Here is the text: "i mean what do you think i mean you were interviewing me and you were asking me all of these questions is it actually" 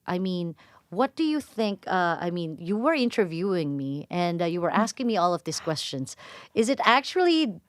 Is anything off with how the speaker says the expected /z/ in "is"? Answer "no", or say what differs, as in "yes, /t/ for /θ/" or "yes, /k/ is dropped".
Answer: no